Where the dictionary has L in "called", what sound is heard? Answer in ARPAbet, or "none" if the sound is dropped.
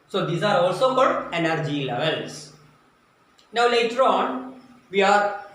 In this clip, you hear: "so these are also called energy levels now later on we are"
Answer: none